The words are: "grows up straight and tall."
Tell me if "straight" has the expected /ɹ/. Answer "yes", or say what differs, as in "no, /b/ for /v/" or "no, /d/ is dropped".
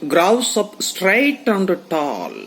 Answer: yes